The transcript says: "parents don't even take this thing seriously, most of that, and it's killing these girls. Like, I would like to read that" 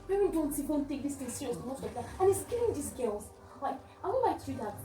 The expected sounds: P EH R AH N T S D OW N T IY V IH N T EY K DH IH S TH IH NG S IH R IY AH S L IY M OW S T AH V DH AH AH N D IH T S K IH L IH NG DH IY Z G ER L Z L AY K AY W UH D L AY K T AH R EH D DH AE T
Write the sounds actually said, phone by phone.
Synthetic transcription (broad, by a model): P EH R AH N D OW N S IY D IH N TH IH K DH IH S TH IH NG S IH R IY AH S IY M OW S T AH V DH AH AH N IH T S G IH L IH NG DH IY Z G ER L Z L AY K AY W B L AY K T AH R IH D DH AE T